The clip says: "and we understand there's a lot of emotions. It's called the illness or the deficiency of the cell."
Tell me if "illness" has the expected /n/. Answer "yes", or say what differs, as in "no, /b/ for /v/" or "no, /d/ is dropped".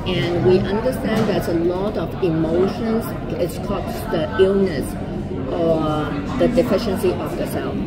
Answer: yes